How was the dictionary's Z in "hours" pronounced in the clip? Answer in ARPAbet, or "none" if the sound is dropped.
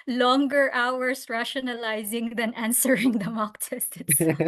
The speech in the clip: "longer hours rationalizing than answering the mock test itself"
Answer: S